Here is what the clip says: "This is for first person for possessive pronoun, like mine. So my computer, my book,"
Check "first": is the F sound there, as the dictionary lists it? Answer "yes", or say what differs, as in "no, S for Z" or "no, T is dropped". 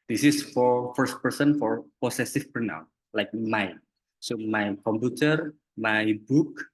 yes